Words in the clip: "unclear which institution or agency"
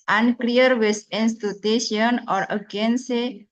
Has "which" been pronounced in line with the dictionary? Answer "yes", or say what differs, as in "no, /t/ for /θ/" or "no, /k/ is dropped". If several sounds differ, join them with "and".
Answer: no, /s/ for /tʃ/